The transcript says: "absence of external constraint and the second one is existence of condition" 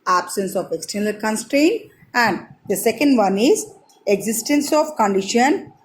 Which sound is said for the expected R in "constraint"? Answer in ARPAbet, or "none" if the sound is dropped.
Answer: R